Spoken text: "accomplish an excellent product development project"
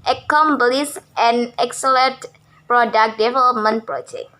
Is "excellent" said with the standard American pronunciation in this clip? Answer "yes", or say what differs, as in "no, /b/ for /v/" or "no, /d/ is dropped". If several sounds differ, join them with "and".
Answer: no, /n/ is dropped